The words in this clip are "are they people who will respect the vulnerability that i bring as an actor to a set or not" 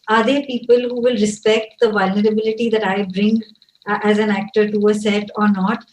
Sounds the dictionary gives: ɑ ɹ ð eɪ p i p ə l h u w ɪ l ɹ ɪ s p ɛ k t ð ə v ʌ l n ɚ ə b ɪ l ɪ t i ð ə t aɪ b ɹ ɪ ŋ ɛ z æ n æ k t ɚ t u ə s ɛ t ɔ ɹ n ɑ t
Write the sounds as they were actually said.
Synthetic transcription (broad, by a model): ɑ ɹ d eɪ p i p ə l h u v ɪ l ɹ ɪ s p ɛ k t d ə v ʌ l n ɚ ə b ɪ l ɪ t i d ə t aɪ b ɹ ɪ ŋ ɛ z æ n æ k t ɚ t u ə s ɛ t ɔ ɹ n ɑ t